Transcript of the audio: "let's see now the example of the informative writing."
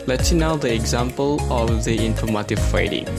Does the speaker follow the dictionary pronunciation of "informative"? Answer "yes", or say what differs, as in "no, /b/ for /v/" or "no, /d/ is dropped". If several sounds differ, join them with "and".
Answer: no, /f/ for /v/